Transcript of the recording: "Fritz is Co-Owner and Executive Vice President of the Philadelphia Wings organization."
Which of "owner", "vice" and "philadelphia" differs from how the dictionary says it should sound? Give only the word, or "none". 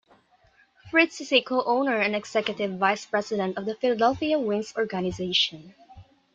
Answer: none